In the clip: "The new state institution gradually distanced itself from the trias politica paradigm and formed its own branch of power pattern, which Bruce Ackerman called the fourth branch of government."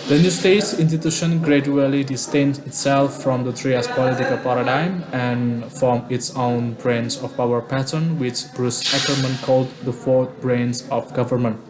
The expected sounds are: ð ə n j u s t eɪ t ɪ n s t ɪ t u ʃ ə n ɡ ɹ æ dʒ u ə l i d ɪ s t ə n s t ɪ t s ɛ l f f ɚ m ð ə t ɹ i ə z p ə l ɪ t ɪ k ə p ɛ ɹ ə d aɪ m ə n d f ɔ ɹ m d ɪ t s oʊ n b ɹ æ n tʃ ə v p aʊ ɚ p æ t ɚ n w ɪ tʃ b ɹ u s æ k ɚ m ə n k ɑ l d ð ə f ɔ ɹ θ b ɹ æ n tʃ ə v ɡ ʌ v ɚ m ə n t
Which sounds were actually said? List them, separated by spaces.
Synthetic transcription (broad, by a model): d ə n j u s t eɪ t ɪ n s t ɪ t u ʃ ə n ɡ ɹ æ dʒ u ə l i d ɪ s t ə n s ɪ t s ɛ l f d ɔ m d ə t ɹ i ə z p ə l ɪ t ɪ k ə p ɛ ɹ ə d aɪ m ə n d f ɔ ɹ m ɪ t s oʊ n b ɹ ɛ n s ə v p aʊ ɚ p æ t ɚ n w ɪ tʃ b ɹ u s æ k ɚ m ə n k ɑ l d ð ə f ɔ ɹ t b ɹ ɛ n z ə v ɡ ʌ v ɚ m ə n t